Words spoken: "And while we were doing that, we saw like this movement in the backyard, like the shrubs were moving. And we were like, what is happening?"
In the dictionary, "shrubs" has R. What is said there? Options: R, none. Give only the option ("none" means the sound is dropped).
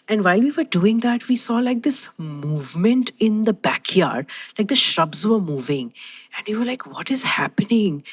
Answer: R